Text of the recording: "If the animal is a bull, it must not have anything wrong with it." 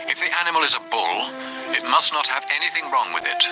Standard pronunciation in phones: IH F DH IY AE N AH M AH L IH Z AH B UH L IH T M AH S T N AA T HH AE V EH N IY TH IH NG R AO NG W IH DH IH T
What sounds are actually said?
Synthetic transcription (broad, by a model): IH F DH IY AE N AH M AH L IH Z AH B UH L IH T M AH S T N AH T HH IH V EH N IY TH IH NG R AO NG W IH DH IH T